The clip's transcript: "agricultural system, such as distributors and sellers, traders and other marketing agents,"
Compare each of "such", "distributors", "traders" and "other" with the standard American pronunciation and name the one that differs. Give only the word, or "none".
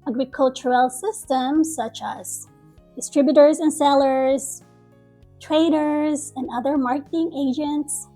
none